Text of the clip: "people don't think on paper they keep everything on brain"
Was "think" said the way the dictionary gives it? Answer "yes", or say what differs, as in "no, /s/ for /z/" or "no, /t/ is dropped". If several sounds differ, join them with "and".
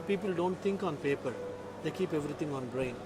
no, /t/ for /θ/